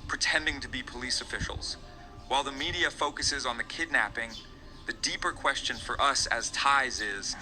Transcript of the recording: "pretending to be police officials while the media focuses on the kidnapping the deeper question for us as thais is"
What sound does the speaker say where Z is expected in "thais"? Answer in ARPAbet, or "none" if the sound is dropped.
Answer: Z